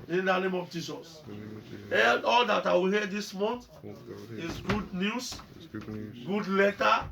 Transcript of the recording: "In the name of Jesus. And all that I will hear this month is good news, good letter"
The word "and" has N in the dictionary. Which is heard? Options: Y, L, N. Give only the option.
L